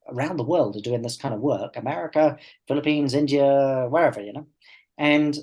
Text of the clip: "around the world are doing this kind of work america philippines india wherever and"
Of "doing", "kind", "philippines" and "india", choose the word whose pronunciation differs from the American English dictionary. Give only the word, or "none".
none